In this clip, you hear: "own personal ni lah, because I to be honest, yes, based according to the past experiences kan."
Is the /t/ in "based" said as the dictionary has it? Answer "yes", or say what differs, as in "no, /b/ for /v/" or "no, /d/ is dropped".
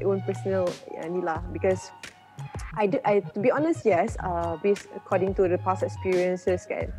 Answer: no, /t/ is dropped